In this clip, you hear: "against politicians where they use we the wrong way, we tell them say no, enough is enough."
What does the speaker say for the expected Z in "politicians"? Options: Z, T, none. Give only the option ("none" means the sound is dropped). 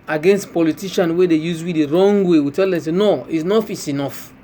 none